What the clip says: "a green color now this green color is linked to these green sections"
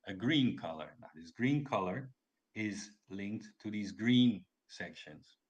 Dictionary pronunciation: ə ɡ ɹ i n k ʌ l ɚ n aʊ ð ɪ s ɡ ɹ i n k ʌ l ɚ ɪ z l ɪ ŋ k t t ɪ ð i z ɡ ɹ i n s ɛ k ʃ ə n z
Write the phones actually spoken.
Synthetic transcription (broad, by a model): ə ɡ ɹ i n k ʌ l ɚ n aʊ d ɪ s ɡ ɹ i n k ʌ l ɚ ɪ z l ɪ ŋ k t t ɪ ð i z ɡ ɹ i n s ɛ k ʃ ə n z